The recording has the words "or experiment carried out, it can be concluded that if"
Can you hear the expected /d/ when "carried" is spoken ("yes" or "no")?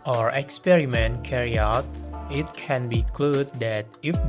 no